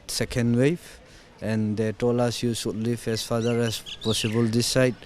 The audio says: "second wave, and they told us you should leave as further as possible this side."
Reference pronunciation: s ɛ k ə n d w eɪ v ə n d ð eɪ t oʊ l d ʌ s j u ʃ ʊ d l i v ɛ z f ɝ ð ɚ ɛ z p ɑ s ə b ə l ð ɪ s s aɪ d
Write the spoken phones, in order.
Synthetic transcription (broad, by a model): s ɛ k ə n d w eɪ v ə n d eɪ t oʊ l ʌ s j u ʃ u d l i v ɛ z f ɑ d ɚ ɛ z p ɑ s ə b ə l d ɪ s s aɪ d